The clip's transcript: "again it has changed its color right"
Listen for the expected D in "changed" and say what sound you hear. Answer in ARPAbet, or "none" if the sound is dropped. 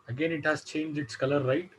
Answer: none